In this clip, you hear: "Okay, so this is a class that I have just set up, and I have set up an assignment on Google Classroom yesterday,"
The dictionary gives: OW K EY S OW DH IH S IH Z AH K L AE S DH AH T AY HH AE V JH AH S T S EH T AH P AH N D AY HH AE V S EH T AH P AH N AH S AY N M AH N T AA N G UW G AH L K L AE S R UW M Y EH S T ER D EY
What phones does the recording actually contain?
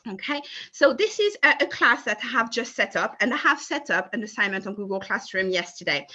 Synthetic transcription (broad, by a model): OW K EY S OW DH IH S IH Z AH K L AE S DH AH T AY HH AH V JH AH S T S EH T AH P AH N AY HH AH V S EH T AH P AH N AH S AY N M AH N T N G UW G AH L K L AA S R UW M Y EH S T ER D EY